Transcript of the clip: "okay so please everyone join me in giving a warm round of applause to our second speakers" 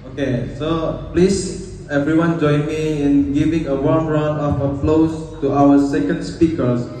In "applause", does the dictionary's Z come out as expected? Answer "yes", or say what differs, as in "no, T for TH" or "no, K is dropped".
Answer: no, S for Z